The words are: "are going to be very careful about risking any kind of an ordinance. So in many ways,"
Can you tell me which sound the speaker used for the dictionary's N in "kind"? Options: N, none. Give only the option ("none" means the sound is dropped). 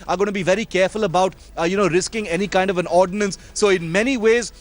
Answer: N